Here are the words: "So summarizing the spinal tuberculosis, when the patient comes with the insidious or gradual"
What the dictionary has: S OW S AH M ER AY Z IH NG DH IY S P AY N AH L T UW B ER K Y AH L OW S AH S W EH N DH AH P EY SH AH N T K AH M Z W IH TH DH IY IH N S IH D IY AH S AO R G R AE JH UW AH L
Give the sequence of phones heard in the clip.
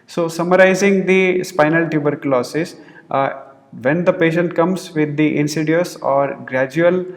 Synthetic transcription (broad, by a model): S OW S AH M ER AY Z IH NG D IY S P AY N AH L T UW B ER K L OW S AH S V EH N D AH P EY SH AH N T K AH M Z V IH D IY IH N S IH D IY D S AO R G R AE JH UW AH L